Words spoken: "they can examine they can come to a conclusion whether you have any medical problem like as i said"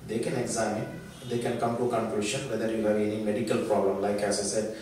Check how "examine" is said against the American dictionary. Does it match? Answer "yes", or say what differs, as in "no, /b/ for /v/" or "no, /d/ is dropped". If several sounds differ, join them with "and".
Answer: no, /m/ is dropped